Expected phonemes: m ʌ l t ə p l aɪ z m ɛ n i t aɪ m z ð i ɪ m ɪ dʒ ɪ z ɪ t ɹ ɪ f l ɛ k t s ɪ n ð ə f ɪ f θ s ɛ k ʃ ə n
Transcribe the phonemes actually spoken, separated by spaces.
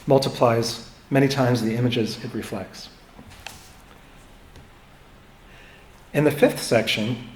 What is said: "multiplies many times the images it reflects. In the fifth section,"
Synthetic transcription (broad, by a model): m ʌ l t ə p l aɪ z m ɛ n i t aɪ m z ð i ɪ m ɪ dʒ ɪ z ɪ t ɹ ɪ f l ɛ k t s ɪ n ð ə f ɪ f θ s ɛ k ʃ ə n